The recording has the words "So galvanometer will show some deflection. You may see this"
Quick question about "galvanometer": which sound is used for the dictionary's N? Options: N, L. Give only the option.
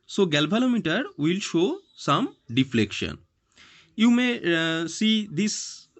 L